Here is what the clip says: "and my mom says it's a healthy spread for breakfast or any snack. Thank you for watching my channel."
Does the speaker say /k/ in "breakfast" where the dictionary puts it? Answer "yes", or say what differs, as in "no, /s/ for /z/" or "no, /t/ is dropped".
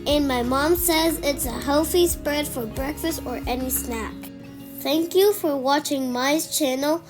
yes